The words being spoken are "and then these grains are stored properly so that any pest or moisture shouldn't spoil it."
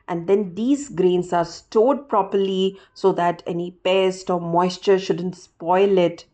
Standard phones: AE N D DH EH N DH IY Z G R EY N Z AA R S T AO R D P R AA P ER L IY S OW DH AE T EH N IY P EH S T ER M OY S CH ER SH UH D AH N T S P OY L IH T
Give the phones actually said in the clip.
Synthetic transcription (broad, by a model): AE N D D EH N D IY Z G R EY N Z AA R S T AO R D P R AA P ER L IY S OW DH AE T EH N IY P EH S T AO M OY S CH ER SH UH D AH N T S P OY L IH T